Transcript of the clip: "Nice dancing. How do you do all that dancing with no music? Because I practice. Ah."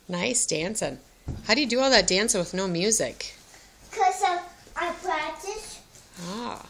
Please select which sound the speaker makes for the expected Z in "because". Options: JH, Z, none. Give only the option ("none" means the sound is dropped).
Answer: none